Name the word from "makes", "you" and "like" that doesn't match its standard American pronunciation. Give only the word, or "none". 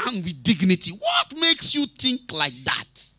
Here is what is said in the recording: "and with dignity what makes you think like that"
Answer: none